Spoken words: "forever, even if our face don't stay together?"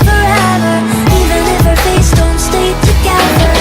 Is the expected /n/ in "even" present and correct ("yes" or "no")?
no